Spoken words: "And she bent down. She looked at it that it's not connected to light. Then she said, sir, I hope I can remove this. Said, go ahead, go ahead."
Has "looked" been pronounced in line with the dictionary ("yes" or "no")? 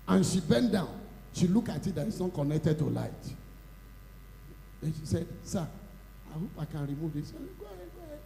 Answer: no